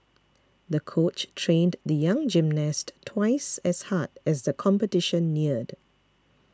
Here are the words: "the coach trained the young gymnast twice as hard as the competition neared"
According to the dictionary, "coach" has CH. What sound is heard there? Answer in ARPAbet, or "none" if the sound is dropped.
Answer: CH